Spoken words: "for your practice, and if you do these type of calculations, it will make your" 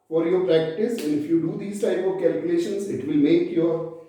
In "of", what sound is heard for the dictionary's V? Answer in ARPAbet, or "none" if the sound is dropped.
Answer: V